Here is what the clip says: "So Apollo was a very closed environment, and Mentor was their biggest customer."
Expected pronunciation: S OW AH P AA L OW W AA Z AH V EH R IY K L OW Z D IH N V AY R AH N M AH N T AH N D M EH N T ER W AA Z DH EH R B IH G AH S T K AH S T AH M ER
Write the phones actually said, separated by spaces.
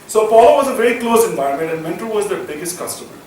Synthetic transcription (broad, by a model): S OW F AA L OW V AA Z AH V EH R IY K L OW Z IH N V AY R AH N M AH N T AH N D M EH N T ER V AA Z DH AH B IH G AH S T K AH S T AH M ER